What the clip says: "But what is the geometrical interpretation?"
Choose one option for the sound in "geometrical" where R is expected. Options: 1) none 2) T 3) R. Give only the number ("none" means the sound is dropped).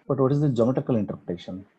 1